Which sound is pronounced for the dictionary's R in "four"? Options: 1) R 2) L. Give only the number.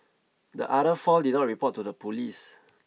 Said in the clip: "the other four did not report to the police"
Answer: 2